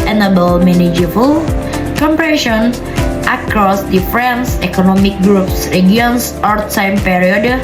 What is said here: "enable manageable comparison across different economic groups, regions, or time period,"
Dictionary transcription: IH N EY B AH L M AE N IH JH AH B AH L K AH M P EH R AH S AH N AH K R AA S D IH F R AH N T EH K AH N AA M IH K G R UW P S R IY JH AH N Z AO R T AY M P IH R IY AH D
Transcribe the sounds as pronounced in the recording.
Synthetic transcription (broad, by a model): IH N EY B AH L M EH N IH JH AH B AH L K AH M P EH R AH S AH N AH K R AA S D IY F R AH N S EH K AH N AA M IH K G R UW P S R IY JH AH N S AO R T AY M P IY R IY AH D